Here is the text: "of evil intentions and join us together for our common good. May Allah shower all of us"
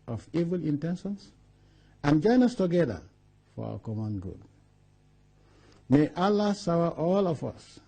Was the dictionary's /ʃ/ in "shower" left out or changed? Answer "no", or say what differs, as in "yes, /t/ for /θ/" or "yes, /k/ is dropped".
yes, /s/ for /ʃ/